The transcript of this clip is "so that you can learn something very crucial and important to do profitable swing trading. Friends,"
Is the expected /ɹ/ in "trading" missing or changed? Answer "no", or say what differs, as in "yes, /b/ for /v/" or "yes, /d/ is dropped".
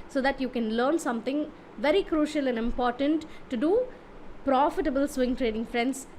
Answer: no